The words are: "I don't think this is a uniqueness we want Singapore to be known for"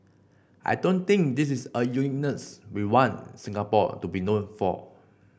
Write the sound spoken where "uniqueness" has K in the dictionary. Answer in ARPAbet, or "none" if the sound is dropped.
none